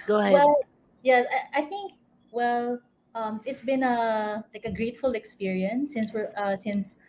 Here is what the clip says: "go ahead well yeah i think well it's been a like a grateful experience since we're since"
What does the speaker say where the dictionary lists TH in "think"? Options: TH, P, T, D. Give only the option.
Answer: TH